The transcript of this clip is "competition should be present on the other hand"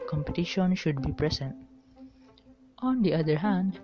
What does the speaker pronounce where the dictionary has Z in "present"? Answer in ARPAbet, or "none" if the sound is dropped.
S